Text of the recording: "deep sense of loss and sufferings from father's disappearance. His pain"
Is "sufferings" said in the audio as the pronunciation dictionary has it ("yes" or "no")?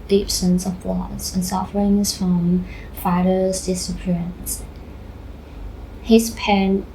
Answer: yes